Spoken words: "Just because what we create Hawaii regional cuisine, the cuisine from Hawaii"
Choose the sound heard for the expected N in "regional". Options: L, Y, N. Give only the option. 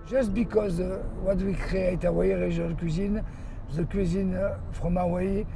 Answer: L